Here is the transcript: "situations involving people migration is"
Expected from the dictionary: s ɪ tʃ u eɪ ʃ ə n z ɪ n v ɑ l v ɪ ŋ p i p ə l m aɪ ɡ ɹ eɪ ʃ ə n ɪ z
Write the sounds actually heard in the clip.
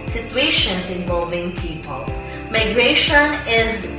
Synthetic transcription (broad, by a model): s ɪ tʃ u eɪ ʃ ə n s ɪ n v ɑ l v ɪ ŋ p i p ə l m aɪ ɡ ɹ eɪ ʃ ə n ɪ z